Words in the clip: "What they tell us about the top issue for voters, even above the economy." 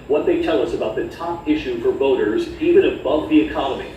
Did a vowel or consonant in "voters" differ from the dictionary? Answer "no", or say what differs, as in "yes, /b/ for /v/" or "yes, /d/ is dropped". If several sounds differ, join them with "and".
no